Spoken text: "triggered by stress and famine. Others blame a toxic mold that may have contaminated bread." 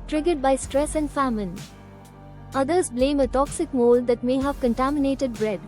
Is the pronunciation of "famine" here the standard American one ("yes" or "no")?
yes